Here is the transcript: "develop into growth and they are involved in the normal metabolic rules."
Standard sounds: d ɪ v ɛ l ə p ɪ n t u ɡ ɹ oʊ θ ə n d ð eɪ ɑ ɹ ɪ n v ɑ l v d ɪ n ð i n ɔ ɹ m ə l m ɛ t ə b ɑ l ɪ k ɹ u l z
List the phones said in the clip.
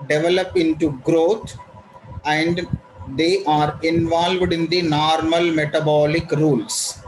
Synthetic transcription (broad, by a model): d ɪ v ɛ l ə p ɪ n t u ɡ ɹ oʊ t ə n d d eɪ ɑ ɹ ɪ n v ɑ l v d ɪ n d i n ɔ ɹ m ə l m ɛ t ə b ɑ l ɪ k ɹ u l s